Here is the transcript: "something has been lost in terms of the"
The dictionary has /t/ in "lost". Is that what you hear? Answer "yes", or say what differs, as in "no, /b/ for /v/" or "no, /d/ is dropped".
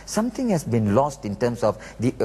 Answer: yes